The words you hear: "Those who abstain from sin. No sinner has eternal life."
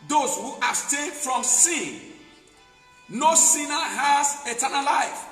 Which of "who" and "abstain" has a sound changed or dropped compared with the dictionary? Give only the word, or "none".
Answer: abstain